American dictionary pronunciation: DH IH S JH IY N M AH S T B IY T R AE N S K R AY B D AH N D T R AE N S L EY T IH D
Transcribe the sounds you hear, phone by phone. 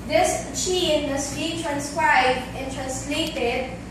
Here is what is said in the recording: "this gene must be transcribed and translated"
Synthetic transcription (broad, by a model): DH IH S CH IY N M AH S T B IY T R AE N S K R AY B D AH N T R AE N S L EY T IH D